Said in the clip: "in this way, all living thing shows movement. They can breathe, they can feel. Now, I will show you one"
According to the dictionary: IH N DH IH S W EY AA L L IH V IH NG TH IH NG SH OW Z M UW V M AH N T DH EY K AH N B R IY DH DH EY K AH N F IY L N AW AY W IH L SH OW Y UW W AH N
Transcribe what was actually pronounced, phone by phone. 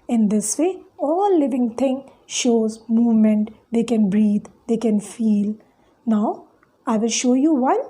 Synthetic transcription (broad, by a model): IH N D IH S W EY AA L L IH V IH NG T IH NG SH OW Z M UW V M AH N T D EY K AH N B R IY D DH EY K AH N F IY L N AW AY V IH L SH OW Y UW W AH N